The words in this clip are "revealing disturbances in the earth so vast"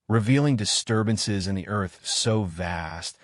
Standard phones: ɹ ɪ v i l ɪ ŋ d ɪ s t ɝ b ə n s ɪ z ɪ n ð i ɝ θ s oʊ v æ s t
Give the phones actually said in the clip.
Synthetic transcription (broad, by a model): ɹ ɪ v i l ɪ ŋ d ɪ s t ɝ b ə n s ɪ z ɪ n ð i ɝ θ s oʊ v æ s t